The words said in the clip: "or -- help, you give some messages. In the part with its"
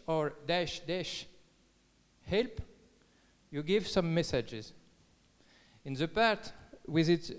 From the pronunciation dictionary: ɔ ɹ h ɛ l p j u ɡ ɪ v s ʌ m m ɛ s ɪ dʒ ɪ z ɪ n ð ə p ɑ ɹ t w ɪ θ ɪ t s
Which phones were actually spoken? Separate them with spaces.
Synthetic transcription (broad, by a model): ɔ ɹ h ɛ l p j u ɡ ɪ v s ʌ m m ɛ s ɪ dʒ ɪ z ɪ n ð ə p ɑ ɹ t w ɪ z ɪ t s